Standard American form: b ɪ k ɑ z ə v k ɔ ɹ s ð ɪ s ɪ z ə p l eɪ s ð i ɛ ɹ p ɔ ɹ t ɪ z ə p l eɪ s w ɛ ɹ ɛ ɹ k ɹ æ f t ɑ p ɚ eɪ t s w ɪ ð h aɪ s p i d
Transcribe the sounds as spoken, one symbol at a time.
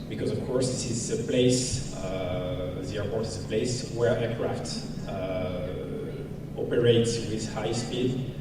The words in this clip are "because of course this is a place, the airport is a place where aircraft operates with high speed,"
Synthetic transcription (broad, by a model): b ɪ k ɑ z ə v k ɔ ɹ s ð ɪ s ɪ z ə p l eɪ s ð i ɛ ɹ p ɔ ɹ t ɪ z ə p l eɪ s w ɛ ɹ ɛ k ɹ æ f t ɑ p ɚ eɪ t s w ɪ ð h aɪ s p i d